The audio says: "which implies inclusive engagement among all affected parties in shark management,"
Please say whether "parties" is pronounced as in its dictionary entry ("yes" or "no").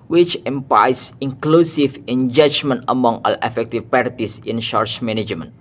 no